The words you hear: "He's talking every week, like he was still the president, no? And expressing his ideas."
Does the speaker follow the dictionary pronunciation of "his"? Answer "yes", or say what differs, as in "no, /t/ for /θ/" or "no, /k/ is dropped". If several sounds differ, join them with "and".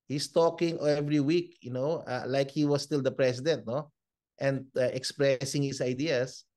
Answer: no, /s/ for /z/